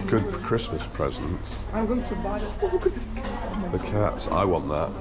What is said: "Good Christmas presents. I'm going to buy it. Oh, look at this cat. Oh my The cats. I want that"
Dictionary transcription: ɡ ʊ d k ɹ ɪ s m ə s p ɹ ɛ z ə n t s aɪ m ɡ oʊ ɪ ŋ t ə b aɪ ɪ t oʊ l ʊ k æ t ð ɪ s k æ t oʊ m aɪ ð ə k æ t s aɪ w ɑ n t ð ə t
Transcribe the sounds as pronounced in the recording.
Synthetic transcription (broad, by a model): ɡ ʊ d k ɹ ɪ s m ə s p ɹ ɛ z ə n t s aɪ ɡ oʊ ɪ t ə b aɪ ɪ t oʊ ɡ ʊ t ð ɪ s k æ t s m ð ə k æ t s aɪ w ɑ n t ð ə t